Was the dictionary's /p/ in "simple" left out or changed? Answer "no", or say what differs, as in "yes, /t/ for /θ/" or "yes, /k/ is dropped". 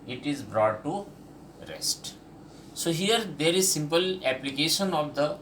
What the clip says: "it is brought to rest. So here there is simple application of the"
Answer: no